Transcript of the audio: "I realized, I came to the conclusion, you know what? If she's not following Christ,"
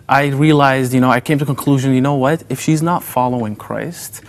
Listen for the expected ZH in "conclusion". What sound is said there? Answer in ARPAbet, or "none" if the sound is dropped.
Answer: ZH